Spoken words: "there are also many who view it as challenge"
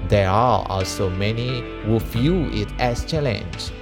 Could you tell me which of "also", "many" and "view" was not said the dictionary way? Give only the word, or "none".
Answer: view